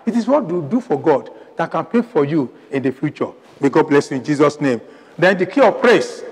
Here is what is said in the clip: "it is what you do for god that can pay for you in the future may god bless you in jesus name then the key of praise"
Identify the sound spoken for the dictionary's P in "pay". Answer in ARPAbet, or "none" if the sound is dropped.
P